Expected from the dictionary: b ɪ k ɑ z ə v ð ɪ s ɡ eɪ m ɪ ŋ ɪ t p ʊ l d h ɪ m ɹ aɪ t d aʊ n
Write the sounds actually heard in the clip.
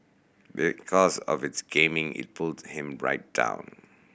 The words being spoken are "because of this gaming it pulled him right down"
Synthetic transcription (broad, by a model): b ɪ k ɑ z ə v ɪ s ɡ eɪ m ɪ ŋ ɪ t p ʊ l d h ɪ m ɹ aɪ t d aʊ n